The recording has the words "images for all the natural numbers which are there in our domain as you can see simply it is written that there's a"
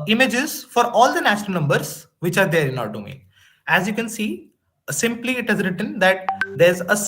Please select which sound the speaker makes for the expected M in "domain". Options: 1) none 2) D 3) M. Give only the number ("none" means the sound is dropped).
1